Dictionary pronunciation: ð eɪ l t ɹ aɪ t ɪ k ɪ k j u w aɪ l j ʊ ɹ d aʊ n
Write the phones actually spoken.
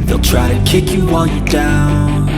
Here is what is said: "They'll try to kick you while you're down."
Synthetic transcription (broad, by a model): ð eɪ l t ɹ aɪ t ɪ k ɪ k j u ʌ n j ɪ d aʊ n